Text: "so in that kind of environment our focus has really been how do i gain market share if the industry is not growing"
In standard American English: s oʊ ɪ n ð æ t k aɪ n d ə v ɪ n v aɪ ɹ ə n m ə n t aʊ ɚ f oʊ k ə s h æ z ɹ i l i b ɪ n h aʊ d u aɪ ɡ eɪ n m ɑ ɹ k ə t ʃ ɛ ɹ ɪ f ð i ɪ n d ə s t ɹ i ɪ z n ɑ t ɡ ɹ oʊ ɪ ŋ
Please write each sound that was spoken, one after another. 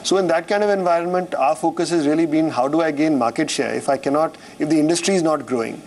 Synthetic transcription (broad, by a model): s oʊ ɪ n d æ t k aɪ n d ə v ɪ n v aɪ ɹ ə n m ə n t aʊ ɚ f oʊ k ə s h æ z ɹ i l i b ɪ n h aʊ d u aɪ ɡ eɪ n m ɑ ɹ k ə t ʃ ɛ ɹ ɪ f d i ɪ n d ə s t ɹ i ɪ z n ɑ t ɡ ɹ oʊ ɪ ŋ